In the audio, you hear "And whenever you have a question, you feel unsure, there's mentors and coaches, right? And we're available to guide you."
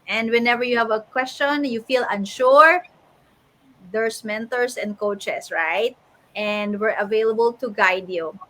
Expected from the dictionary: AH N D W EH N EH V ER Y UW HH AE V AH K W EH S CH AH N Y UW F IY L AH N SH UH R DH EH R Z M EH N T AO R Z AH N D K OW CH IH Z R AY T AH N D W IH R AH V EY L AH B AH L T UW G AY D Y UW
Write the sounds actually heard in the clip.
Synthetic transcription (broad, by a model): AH N D W EH N EH V ER Y UW HH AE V AH K W EH S CH AH N Y UW F IY L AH N SH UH R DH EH R S M EH N T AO R S AH N D K OW CH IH S R AY T AH N D W IH R AH V EY L AH B AH L T UW G AY D Y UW